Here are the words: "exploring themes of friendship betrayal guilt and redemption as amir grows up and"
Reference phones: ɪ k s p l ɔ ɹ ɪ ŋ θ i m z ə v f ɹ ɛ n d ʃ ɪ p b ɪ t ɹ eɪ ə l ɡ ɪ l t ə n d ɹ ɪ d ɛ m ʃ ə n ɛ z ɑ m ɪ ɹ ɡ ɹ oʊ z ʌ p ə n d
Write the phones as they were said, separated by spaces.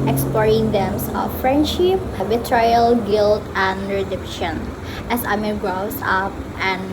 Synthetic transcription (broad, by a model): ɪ k s p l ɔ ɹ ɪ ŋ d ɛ m s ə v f ɹ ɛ n d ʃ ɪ p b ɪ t ɹ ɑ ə l ɡ ɪ l t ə n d ɹ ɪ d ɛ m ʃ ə n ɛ s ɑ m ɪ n ɡ ɹ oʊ s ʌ p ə n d